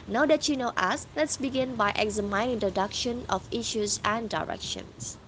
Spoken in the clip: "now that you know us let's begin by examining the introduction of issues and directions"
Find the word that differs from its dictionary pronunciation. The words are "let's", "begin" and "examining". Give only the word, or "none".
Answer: examining